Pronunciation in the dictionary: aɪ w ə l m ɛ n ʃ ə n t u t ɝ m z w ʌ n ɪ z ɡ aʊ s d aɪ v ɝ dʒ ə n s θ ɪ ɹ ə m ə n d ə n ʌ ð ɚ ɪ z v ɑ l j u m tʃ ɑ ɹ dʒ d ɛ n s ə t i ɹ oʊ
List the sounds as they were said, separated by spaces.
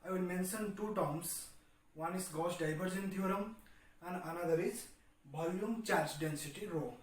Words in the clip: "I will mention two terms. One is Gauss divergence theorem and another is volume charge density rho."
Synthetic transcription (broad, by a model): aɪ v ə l m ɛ n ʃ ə n t u t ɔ m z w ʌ n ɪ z ɡ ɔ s d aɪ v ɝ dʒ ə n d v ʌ ɹ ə m ə n d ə n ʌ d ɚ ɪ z b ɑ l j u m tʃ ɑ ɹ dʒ d ɛ n s ə t i ɹ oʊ